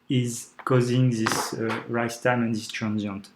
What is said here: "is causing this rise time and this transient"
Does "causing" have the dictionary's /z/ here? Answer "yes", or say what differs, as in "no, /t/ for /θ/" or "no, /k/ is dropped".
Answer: yes